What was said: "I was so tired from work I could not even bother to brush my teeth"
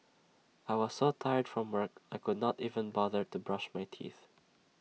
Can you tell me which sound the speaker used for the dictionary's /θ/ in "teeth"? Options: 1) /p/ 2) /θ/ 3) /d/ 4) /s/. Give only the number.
2